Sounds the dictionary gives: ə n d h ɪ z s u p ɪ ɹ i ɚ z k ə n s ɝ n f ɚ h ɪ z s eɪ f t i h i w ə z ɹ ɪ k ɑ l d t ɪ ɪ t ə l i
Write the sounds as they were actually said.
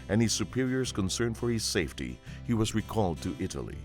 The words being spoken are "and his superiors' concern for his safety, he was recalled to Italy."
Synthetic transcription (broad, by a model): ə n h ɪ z s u p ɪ ɹ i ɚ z k ə n s ɝ n f ɚ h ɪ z s eɪ f t i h i w ə z ɹ ɪ k ɑ l d t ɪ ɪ t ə l i